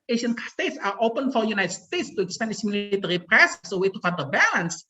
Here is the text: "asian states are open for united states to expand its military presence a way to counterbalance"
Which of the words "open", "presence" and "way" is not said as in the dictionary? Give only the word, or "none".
presence